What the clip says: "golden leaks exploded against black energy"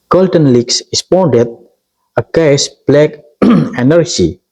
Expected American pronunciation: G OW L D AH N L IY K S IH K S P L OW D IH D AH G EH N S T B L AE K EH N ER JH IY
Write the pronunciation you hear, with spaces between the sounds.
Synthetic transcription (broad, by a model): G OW L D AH N L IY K S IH S P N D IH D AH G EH S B L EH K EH N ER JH IY